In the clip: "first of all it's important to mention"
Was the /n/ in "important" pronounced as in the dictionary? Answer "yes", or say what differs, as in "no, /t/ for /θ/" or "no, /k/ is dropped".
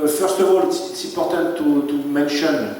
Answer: no, /l/ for /n/